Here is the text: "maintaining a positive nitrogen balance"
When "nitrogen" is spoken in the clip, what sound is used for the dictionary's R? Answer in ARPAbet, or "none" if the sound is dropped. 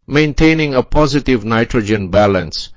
R